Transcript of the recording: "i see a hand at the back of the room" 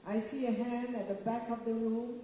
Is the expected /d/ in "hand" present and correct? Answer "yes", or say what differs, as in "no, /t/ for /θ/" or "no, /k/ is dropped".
yes